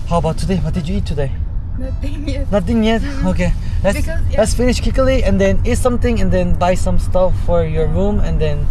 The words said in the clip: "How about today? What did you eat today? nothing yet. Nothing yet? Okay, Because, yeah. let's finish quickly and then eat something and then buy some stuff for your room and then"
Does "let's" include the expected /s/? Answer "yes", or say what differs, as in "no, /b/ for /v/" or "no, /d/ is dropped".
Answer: yes